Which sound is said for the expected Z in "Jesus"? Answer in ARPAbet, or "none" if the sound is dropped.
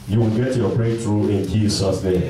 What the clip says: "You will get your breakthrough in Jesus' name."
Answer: S